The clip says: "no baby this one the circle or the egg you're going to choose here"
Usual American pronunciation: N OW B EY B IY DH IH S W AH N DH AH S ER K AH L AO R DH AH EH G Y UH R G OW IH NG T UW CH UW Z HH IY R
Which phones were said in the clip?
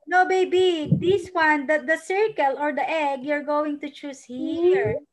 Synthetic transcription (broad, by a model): N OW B EY B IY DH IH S W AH N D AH S ER K AH L AO R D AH EH G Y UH R G OW IH NG T UW CH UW S HH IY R